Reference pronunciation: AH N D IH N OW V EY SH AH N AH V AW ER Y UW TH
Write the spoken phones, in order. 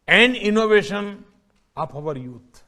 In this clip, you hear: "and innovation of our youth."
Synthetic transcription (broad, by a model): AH N D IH N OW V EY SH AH N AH P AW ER Y UW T